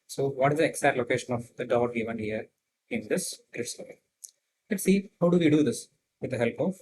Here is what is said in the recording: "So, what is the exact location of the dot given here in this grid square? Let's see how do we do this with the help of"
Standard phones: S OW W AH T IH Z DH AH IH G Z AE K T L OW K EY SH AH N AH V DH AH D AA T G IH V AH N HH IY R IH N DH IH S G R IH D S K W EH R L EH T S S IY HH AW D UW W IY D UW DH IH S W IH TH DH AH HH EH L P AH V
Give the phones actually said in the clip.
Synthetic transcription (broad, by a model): S OW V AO T IH Z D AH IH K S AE T L OW K EY SH AH N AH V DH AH D AA T G IH V AH N HH IY R IH N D IH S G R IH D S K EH L L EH T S S IY HH AW D UW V IY D UW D IH S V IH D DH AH HH EH L P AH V